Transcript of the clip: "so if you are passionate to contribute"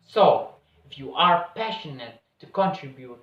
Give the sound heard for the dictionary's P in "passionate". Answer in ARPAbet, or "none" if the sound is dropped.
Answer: P